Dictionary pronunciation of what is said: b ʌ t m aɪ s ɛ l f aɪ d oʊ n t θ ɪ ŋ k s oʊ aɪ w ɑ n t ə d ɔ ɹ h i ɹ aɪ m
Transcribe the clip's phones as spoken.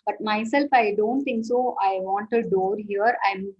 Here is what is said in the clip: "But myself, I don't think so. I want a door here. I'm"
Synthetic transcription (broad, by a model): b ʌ t m aɪ s ɛ l f aɪ d oʊ n t t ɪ ŋ k s oʊ aɪ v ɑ n t ə d ɔ ɹ h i ɹ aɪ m